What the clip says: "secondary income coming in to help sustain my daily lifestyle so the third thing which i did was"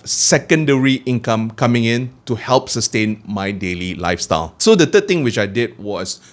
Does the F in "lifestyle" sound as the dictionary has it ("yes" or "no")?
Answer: yes